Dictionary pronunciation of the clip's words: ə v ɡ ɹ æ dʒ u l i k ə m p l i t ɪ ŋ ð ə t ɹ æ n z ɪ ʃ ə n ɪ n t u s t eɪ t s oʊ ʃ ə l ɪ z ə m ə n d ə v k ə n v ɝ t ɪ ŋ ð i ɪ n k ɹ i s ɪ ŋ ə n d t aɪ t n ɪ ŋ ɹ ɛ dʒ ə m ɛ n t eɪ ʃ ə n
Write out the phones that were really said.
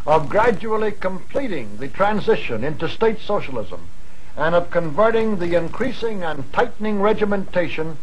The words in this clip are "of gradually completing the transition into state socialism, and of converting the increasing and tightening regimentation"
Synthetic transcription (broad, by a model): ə v ɡ ɹ æ dʒ u l i k ə m p l i t ɪ ŋ ð ə t ɹ æ n z ɪ ʃ ə n ɪ n t u s t eɪ t s oʊ ʃ ə l ɪ z ə m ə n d ə v k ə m v ɝ t ɪ ŋ ð i ɪ n k ɹ i s ɪ ŋ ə n t aɪ t n ɪ ŋ ɹ ɛ dʒ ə m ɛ n t eɪ ʃ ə n